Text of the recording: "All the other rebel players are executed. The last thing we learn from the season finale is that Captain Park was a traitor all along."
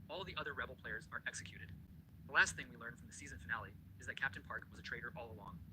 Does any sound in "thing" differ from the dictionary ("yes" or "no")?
no